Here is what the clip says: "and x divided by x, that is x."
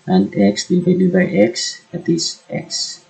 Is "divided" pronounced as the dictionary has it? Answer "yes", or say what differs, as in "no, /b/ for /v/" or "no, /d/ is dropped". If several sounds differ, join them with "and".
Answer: no, /b/ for /v/